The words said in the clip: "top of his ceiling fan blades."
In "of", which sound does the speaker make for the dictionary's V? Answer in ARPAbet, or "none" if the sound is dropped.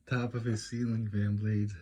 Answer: V